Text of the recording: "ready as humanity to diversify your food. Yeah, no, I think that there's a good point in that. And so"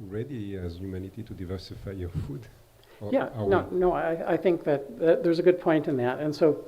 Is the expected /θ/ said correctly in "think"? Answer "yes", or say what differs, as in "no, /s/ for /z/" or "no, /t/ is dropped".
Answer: yes